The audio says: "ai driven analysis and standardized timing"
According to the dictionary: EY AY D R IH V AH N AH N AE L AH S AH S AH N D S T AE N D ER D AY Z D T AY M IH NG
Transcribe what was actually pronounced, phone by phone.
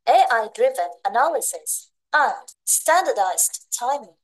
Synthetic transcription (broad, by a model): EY AY D R IH V AH N AH N AE L AH S AH S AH N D S T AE N D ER D AY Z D T AY M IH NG